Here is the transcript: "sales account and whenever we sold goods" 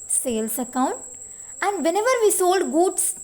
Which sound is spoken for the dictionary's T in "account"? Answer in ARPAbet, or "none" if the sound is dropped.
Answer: T